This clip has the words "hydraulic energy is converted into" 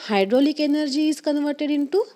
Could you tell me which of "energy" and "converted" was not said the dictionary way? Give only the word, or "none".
none